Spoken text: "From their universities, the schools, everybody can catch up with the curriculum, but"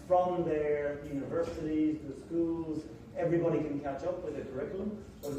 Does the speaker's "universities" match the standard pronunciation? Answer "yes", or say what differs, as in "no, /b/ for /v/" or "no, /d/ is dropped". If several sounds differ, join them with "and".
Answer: yes